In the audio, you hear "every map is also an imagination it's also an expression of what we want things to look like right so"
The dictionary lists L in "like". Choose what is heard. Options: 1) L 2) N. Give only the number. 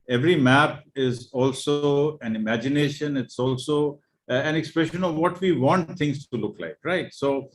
1